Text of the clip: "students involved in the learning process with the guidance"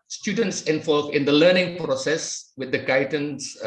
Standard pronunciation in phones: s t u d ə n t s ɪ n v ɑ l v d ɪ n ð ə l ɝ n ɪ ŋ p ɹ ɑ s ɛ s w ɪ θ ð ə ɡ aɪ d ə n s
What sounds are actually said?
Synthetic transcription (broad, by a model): s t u d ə n t s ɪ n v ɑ l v ɪ n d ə l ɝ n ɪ ŋ p ɹ ɑ s ɛ s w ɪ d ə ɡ aɪ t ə n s